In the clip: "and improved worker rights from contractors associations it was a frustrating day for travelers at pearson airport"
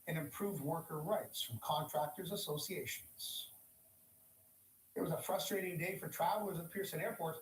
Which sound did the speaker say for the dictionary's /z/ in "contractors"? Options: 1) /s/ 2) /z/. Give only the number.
2